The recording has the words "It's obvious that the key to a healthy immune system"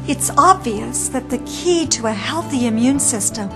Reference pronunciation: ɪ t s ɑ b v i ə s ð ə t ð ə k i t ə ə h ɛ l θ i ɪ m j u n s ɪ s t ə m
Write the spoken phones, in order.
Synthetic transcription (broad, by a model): ɪ t s ɑ b v i ə s ð ə t ð ə k i t ə ə h ɛ l θ i ɪ m j u n s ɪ s t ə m